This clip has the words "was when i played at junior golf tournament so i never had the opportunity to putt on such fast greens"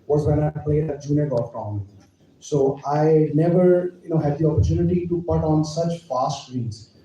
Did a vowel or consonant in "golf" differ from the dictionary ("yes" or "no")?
yes